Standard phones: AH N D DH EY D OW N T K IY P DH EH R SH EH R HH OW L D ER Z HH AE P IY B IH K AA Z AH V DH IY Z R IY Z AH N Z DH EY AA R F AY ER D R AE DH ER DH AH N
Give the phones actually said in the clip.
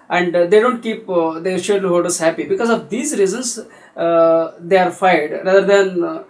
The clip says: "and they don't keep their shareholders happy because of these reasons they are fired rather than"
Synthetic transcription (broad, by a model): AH N D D EY D OW N T K IY P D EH R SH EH L HH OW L D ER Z HH AE P IY B IH K AA Z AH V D IY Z R IY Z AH N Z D EY AA R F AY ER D R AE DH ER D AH N